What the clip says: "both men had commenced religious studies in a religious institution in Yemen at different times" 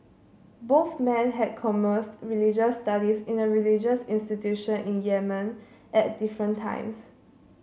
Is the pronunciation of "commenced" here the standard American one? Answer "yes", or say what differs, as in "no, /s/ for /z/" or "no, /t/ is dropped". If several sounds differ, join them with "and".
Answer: no, /n/ is dropped